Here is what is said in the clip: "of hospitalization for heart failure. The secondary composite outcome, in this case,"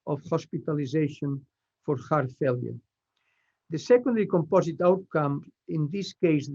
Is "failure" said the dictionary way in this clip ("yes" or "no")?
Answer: yes